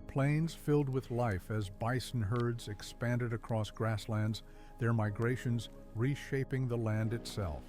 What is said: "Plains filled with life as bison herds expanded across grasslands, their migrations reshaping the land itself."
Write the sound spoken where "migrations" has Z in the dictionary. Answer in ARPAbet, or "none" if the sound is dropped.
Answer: Z